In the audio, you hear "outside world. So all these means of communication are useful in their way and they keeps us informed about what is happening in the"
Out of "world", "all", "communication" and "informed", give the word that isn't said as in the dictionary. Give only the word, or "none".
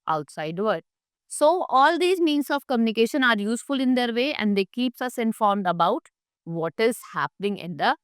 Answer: world